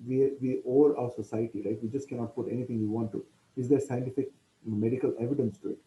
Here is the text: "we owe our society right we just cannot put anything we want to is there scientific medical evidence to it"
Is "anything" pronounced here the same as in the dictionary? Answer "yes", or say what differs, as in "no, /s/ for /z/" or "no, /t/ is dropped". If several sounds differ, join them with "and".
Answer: no, /t/ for /θ/